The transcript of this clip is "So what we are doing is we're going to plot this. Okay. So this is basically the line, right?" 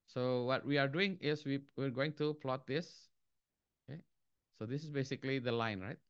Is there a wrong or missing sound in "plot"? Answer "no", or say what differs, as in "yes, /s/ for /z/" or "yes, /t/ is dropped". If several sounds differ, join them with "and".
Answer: no